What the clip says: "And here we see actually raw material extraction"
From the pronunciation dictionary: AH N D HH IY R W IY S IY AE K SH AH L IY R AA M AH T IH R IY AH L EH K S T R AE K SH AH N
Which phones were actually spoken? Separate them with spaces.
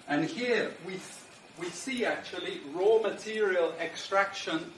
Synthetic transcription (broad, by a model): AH N HH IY W W IY S IY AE K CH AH L IY R AA M AH T IH R IY AH L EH K S T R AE K SH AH N